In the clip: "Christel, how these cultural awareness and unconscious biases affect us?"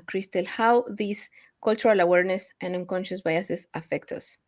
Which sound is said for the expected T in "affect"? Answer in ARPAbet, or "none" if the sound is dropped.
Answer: T